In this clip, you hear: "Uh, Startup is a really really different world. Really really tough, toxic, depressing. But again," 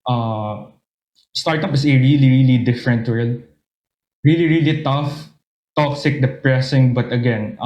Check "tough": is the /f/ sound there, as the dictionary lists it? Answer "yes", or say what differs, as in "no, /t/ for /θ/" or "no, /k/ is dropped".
yes